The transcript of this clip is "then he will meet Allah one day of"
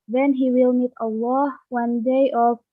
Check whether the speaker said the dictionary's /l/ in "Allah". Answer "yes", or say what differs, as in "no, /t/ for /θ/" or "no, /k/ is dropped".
yes